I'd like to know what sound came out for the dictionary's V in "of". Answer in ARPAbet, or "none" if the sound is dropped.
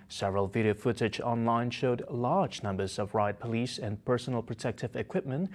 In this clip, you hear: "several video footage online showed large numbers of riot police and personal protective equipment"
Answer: V